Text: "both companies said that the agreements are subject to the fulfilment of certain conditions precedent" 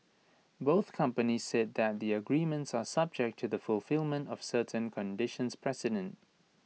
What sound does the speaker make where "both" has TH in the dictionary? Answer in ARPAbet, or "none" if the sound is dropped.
TH